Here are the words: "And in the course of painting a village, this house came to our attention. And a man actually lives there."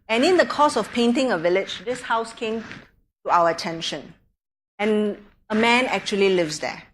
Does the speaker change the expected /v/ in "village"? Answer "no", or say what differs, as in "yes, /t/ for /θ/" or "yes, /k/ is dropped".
no